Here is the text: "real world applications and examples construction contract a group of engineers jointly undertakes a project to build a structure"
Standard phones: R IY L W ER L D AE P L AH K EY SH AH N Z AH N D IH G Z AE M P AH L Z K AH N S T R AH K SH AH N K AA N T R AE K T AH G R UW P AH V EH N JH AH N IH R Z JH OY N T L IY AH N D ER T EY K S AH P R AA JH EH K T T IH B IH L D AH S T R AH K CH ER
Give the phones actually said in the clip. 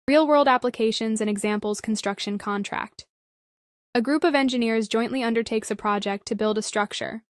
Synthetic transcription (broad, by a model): R IY L W ER L D AE P L AH K EY SH AH N Z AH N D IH G Z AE M P L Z K N S T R AH K SH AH N K AA N T R AE K T AH G R UW P AH V EH N JH AH N IH R Z JH OY N T L IY AH N D ER T EY K S AH P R AA JH EH K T T IH B IH L D AH S T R AH K CH ER